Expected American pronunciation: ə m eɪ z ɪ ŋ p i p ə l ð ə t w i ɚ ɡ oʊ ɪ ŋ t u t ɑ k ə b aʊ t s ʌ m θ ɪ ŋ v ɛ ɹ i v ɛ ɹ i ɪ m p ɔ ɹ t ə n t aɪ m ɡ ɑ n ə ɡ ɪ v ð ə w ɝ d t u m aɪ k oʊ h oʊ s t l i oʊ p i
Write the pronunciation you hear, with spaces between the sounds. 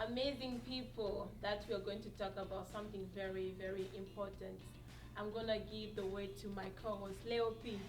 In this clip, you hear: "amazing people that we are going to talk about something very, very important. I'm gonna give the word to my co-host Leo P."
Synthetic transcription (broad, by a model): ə m eɪ z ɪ ŋ p i p ə l ð ə t w i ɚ ɡ oʊ ɪ ŋ t u t ɑ k ə b aʊ t s ʌ m θ ɪ ŋ v ɛ ɹ i v ɛ ɹ i ɪ m p ɔ ɹ t ə n t aɪ m ɡ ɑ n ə ɡ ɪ v ð ə w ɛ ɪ t u m aɪ k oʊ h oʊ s l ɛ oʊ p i